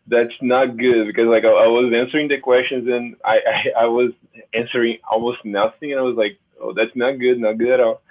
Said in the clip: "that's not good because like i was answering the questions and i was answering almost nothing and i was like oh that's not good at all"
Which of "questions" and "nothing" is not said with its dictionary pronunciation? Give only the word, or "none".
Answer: none